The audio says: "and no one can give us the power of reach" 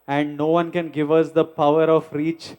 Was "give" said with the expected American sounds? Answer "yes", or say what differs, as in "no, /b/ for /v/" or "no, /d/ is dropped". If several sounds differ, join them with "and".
yes